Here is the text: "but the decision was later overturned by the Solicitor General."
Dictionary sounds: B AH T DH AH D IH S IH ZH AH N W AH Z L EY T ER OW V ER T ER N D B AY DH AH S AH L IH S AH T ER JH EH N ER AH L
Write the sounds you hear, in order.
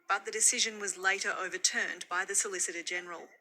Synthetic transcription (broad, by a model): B AH T DH AH D IH S IH ZH AH N W AH Z L EY T ER OW V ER T ER N B AY DH AH S AH L IH S AH T ER JH EH N ER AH L